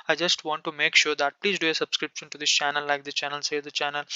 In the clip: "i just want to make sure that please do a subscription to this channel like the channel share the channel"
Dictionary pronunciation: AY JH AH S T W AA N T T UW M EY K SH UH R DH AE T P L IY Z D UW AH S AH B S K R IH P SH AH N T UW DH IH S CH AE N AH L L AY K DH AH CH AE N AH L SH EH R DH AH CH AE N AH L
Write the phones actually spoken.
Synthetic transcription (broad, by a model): AY JH AH S T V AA N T T UW M EY K SH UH R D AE T P L IY Z D UW AH S AH B S K R IH P SH AH N T UW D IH S CH AE N AH L L AY K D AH CH AE N AH L S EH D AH CH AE N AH L